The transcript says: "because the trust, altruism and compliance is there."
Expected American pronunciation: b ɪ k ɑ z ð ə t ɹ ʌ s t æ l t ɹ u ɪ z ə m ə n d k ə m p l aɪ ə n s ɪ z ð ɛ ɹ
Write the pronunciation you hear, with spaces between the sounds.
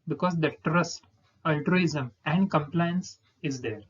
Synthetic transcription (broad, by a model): b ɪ k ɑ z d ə t ɹ ʌ s t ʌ l t ɹ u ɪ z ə m ə n d k ə m p l aɪ ə n s ɪ z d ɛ ɹ